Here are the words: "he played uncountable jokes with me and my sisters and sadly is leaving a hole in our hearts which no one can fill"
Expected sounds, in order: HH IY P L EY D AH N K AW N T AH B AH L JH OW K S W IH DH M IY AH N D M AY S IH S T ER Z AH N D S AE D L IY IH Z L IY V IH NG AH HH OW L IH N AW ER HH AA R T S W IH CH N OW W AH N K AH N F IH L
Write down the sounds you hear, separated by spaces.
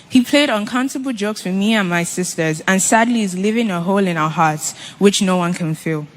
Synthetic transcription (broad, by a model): HH IY P L EY D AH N K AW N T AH B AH L JH OW K S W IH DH M IY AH N M AY S IH S T ER Z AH N S AE D L IY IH Z L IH V IH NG AH HH OW L IH N AW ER HH AA R T S W IH CH N OW W AH N K AH N F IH L